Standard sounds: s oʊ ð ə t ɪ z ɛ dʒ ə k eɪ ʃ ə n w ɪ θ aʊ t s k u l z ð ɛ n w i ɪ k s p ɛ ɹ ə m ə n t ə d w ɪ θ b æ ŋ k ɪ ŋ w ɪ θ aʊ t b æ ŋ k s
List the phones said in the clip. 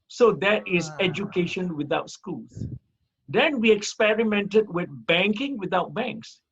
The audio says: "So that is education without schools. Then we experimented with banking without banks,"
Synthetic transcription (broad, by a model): s oʊ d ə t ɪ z ɛ dʒ ə k eɪ ʃ ə n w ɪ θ aʊ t s k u z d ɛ n w i ɪ k s p ɛ ɹ ə m ə n t ə d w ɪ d b æ ŋ k ɪ ŋ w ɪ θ aʊ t b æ ŋ k s